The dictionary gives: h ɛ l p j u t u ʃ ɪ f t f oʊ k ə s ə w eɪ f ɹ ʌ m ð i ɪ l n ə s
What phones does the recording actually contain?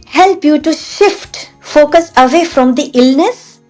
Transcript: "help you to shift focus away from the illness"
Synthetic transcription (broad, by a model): h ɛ l p j u t u ʃ ɪ f t f oʊ k ə s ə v eɪ f ɹ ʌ m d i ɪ l n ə s